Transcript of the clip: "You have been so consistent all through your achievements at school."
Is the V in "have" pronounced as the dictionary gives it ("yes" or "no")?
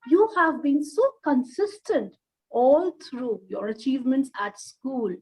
yes